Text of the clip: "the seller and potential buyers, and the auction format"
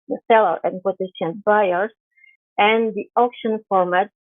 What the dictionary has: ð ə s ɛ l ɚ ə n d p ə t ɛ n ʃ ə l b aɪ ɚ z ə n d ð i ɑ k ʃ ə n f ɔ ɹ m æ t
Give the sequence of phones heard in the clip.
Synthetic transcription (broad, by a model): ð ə s ɛ l ɚ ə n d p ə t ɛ ʃ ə n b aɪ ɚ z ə n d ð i ɑ k ʃ ə n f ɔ ɹ m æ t